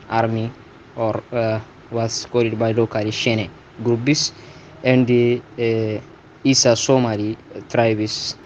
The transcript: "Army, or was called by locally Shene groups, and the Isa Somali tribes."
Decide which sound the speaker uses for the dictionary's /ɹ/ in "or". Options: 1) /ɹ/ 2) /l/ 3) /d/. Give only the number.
1